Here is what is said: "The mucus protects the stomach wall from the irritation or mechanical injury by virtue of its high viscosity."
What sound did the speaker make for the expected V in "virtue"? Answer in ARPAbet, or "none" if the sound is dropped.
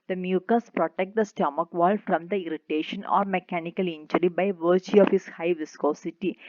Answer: V